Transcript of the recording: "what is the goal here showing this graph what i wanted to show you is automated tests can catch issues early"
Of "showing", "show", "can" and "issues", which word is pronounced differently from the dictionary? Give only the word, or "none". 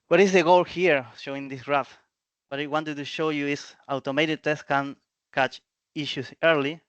issues